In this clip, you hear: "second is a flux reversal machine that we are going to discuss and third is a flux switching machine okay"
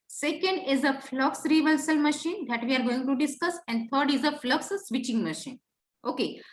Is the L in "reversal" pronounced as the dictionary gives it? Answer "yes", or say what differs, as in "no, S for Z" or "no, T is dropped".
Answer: yes